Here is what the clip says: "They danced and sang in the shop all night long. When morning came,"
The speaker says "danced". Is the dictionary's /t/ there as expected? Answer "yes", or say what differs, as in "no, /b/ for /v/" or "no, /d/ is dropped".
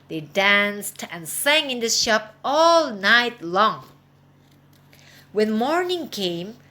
yes